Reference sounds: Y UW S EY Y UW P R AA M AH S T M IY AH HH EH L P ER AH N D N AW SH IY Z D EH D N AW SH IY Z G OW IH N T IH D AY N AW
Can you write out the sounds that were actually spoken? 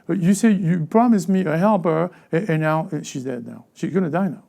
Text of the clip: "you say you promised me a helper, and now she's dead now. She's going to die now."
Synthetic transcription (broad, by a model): Y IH S EY Y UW P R AA M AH S M IY AH HH EH L P ER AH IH N AW SH IY Z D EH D N AW SH IY Z G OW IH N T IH D AY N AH